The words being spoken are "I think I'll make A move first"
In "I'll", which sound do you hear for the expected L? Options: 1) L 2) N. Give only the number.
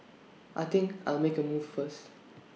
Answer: 1